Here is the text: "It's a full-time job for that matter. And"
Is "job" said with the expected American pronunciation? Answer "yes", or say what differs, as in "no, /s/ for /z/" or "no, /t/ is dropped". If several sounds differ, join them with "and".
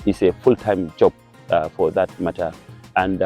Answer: yes